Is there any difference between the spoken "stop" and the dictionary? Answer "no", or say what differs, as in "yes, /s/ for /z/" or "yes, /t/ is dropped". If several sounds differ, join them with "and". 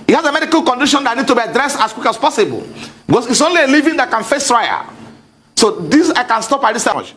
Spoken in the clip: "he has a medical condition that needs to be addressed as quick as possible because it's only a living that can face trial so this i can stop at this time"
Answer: no